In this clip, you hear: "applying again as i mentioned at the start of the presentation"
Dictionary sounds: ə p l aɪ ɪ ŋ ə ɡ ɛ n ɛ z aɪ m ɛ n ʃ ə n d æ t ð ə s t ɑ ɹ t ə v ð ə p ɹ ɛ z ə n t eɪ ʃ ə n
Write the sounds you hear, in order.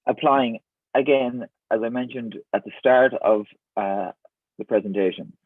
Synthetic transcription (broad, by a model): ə p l aɪ ɪ ŋ ə ɡ ɛ n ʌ z aɪ m ɛ n ʃ ə n d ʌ t ð ə s t ɑ ɹ t ə v ð ə p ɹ ɛ z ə n t eɪ ʃ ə n